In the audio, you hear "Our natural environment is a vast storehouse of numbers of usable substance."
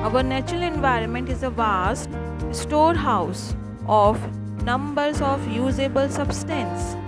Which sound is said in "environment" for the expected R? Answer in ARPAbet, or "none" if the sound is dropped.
R